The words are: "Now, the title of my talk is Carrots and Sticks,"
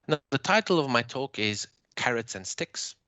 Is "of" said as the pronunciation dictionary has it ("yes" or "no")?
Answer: yes